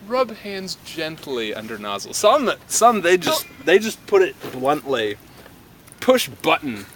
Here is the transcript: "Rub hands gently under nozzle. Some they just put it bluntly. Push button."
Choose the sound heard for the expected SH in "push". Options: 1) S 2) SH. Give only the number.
2